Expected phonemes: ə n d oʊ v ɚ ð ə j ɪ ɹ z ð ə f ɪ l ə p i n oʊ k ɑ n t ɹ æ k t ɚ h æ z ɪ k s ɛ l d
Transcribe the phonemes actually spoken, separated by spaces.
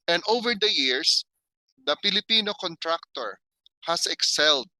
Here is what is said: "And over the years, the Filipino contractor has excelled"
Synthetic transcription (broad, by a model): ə n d oʊ v ɚ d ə j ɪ ɹ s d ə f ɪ l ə p i n oʊ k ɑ n t ɹ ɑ k t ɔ h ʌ s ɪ k s ɛ l d